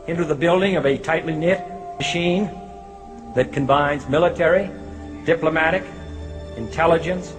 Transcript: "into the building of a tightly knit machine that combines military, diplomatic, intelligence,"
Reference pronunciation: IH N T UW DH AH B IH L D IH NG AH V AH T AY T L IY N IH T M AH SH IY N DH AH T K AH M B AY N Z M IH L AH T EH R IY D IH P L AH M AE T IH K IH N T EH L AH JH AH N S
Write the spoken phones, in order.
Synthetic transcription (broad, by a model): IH N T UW DH AH B IH L D IH NG AH V AH T AY T L IY N IH T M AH SH IY N DH AH T K AH M B AY N Z M IH L AH T EH R IY D IH P L AH M AE T IH K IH N T EH L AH JH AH N S